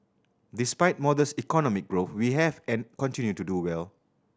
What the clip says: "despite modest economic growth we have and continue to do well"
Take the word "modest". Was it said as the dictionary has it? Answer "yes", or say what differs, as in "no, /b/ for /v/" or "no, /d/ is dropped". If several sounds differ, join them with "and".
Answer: no, /t/ is dropped